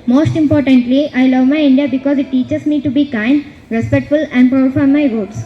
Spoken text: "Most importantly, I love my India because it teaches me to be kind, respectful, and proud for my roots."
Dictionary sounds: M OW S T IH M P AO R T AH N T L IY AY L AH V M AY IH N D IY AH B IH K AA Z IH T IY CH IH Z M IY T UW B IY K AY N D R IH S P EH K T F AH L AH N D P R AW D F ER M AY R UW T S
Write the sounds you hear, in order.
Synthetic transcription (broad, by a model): M OW S T IH M P AO R T AH N T L IY AY L AH V M AY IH N D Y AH B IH K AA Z IH T IY CH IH S M IY T UW B IY K AY N D R IH S P EH K T F AH L AH N D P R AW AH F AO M AY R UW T S